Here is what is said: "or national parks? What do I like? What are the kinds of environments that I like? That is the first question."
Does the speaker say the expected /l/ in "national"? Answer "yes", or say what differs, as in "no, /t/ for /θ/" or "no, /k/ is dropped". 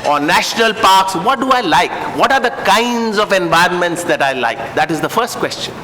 yes